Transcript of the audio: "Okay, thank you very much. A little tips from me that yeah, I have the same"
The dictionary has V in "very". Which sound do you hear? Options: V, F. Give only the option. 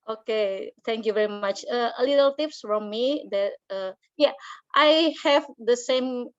V